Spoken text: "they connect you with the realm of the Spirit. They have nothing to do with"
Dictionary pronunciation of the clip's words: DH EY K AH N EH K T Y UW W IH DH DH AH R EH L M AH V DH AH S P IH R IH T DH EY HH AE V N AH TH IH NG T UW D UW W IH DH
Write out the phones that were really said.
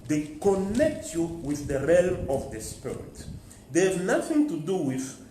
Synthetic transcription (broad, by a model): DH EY K AH N EH K T Y UW W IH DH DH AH R EH L M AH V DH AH S P IH R IH T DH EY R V N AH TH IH NG T UW D UW W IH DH